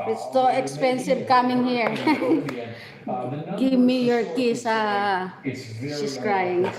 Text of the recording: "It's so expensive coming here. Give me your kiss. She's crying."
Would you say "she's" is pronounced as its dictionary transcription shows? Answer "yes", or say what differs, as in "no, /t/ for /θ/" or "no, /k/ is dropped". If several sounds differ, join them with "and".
no, /s/ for /z/